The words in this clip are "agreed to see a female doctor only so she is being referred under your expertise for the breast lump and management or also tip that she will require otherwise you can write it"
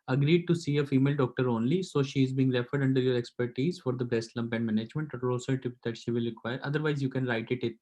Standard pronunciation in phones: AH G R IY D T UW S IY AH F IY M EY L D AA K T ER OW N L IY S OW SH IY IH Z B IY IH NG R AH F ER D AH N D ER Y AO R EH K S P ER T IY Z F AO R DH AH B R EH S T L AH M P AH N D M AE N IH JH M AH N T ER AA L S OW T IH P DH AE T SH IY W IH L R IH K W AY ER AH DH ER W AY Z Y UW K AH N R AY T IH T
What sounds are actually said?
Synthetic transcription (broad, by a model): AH G R IY D T UW S IY AH F IY M EY L D AA K T ER OW N L IY S OW SH IY IH Z B IY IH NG R AH F ER D AH N D ER Y AO R EH K S P ER T IY Z F AO R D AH B EH S T L AH M P AH N D M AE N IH JH M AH N T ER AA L S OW T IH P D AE T SH IY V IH L R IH K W AY ER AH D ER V AY Z Y UW K AH N R AY T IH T